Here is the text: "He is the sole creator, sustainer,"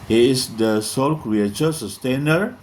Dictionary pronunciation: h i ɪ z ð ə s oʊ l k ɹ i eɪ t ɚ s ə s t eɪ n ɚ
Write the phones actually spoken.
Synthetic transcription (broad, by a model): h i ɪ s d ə s oʊ l k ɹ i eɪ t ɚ s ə s t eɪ n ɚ